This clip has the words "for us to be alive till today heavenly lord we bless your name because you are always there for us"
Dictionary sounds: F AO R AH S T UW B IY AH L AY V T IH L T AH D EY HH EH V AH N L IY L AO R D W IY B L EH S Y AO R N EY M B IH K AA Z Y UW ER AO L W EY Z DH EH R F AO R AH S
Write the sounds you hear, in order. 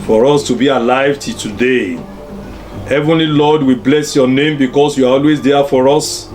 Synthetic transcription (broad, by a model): F AO R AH S T UW B IY AH L AY V T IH T AH D EY HH EH V AH N L IY L AO D W IY B L EH S Y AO N EY M B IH K AA S Y UW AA AO L W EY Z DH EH F AO R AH S